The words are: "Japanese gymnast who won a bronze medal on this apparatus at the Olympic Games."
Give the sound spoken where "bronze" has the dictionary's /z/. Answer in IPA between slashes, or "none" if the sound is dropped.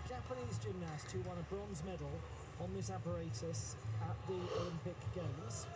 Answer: /z/